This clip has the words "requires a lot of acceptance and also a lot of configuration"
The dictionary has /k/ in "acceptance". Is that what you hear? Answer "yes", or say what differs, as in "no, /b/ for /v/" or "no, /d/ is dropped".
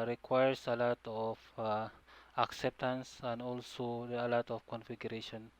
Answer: yes